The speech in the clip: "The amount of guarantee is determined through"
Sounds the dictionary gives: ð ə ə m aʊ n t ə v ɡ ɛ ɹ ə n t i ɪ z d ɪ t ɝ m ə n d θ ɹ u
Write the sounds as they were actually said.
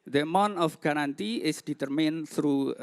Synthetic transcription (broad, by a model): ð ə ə m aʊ n ə f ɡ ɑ ɹ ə n t i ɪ s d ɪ t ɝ m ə n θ ɹ u